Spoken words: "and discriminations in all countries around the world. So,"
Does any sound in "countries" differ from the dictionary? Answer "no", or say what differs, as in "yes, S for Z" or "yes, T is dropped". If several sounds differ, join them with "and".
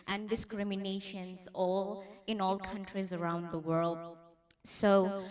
no